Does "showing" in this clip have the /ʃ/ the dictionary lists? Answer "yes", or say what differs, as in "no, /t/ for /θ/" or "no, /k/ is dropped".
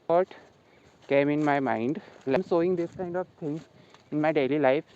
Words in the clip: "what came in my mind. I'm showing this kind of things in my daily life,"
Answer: no, /s/ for /ʃ/